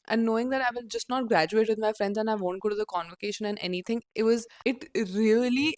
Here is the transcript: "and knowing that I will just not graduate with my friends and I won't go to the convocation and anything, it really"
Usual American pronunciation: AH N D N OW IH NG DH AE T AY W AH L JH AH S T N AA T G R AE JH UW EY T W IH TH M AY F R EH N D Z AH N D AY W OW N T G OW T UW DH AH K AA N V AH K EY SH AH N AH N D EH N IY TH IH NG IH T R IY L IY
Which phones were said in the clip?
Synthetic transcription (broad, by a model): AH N N OW IH NG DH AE T AY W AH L JH AH S T N AA T G R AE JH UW EY T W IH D M AY F R EH N D Z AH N AY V OW N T G OW T UW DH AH K AA N V AH K EY SH AH N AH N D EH N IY T IH NG IH T R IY L IY